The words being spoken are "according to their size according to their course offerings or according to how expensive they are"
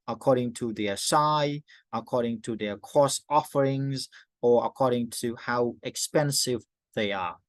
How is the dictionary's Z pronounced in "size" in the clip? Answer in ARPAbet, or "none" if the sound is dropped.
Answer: none